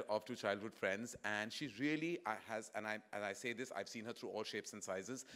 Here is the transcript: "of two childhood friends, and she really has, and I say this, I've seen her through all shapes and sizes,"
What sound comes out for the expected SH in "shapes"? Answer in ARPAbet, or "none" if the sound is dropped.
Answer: SH